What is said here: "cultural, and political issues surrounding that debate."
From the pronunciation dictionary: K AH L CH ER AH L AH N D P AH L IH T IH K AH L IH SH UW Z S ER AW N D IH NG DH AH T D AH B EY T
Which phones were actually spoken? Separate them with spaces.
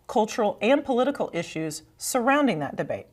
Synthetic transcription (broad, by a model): K AH L CH ER L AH N P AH L IH T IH K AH L IH SH UW Z S ER AW N D IH NG DH AH T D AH B EY T